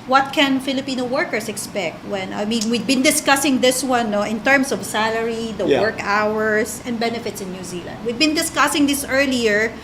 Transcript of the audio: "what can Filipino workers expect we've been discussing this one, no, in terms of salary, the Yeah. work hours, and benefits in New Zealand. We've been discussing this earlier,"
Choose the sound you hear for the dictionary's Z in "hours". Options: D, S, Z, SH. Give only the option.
S